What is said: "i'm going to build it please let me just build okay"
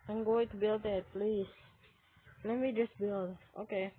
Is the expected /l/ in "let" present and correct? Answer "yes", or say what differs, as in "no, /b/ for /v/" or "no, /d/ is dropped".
yes